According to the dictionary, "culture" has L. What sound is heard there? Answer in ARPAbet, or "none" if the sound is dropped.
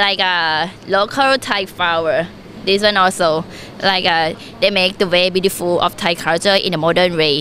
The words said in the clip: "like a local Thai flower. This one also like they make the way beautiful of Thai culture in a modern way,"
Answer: none